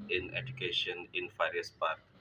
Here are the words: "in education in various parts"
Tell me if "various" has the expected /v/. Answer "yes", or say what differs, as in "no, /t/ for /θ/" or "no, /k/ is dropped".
no, /f/ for /v/